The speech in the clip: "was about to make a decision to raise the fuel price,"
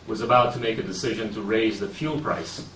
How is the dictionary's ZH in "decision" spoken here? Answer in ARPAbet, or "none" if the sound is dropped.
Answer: ZH